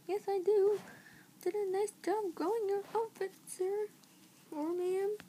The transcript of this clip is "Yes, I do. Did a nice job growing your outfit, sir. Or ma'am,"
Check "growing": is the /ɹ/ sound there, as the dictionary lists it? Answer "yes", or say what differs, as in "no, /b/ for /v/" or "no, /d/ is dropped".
no, /ɹ/ is dropped